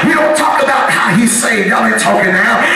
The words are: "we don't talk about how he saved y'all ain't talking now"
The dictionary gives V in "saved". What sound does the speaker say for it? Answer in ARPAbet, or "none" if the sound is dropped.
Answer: none